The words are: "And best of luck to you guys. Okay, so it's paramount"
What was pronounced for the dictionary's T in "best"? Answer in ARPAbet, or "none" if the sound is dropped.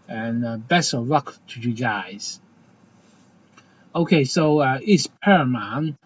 none